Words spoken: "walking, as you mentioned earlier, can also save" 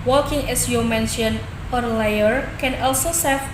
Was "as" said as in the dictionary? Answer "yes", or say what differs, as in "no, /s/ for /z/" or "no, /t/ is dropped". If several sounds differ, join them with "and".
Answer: no, /s/ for /z/